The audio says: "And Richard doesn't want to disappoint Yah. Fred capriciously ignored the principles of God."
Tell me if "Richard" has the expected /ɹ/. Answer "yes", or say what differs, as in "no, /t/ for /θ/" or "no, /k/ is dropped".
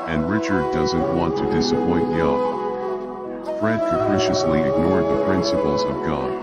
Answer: yes